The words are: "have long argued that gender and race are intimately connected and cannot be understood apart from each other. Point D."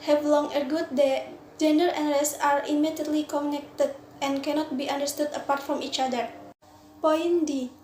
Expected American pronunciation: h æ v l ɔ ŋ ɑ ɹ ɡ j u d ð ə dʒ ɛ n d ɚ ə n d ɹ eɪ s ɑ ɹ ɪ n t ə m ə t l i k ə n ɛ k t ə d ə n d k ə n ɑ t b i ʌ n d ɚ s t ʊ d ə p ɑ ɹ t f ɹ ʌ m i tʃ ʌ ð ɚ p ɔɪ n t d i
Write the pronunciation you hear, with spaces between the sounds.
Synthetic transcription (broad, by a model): h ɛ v l ɔ ŋ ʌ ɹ ɡ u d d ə dʒ ɛ n d ɚ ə n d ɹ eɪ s ɑ ɹ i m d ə ə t l i k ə n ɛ k t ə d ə n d k ə n ɑ t b i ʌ n d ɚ s t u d ə p ɑ ɹ t f ɹ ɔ m i tʃ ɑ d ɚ p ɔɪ n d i